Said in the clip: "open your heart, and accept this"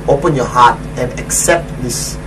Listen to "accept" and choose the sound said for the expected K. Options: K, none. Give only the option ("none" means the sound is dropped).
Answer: K